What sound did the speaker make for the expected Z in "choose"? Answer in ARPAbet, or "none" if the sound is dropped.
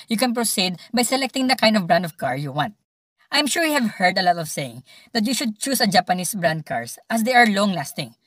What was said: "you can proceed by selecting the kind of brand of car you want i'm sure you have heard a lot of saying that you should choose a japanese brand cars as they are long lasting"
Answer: S